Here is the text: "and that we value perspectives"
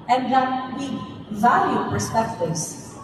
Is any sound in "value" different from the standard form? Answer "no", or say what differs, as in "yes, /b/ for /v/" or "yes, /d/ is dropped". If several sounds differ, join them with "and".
no